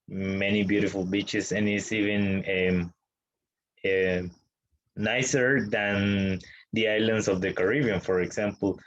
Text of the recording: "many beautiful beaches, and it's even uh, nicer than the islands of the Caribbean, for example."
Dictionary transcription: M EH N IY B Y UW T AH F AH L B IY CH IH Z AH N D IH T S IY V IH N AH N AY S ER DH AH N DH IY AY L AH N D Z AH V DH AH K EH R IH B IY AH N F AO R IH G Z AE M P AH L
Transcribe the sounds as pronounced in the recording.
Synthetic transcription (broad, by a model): M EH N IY B Y UW T AH F AH L B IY CH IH S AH N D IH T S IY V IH N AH N AY S ER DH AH N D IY AY L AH N D S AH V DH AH K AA R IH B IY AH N F AO R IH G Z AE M P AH L